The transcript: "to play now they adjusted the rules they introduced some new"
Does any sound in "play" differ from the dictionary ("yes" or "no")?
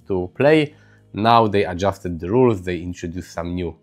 no